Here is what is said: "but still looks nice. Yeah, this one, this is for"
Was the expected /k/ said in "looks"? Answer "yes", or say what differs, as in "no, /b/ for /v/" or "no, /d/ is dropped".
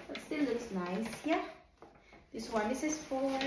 no, /k/ is dropped